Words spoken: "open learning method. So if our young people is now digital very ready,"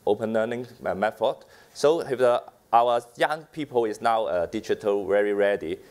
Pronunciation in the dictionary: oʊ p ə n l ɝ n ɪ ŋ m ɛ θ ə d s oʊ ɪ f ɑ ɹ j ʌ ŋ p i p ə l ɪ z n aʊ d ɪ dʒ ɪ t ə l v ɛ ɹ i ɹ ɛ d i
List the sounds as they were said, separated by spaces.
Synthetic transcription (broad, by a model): oʊ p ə n l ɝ n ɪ ŋ m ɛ f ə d s oʊ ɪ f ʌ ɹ j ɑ ŋ p i p ə l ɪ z n aʊ d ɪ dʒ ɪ t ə l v ɛ ɹ i ɹ ɛ d i